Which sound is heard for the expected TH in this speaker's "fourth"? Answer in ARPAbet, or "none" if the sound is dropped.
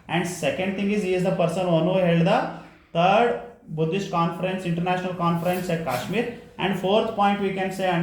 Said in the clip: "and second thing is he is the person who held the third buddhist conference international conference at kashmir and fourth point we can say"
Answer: T